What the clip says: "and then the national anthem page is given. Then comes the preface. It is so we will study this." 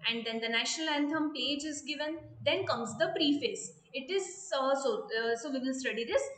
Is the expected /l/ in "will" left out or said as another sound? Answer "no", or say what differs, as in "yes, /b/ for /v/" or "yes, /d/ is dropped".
yes, /n/ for /l/